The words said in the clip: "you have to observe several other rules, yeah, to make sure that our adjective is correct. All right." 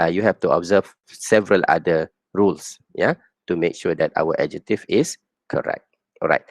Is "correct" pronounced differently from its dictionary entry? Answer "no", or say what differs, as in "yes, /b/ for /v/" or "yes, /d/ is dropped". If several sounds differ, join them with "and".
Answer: no